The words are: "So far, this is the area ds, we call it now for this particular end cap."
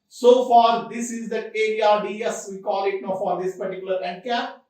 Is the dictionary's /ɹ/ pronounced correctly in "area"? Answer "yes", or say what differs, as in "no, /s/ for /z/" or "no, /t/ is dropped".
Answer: no, /ɹ/ is dropped